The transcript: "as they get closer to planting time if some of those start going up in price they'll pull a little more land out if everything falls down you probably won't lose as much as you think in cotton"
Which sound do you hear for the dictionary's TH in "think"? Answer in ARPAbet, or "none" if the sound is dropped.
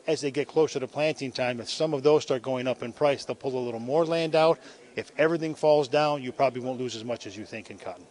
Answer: TH